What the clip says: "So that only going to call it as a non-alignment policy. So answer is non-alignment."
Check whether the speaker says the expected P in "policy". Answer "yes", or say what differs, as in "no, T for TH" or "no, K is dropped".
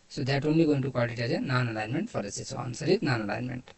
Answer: no, F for P